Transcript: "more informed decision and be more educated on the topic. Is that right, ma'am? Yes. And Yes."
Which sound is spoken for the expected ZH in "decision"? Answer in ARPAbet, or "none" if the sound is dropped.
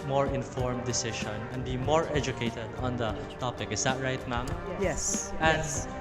SH